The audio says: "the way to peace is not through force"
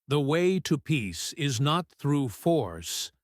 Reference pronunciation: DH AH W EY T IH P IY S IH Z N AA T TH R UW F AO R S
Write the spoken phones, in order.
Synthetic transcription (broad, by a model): DH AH W EY T IH P IY S IH Z N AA T TH R UW F AO R S